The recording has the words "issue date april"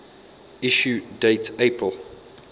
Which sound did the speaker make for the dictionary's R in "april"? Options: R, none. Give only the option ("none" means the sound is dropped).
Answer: none